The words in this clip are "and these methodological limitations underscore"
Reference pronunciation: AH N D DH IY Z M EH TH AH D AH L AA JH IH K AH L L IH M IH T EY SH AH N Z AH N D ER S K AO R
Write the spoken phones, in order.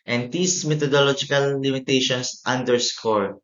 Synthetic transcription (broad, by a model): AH N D IY S M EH T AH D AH L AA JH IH K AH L L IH M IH T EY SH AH N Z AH N D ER S K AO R